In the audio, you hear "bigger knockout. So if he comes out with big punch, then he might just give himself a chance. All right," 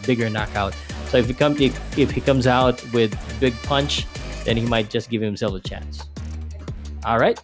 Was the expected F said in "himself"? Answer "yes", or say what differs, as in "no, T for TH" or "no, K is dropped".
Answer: no, F is dropped